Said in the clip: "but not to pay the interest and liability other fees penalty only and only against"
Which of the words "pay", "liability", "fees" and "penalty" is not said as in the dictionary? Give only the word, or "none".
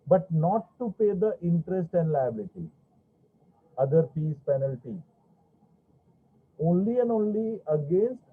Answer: fees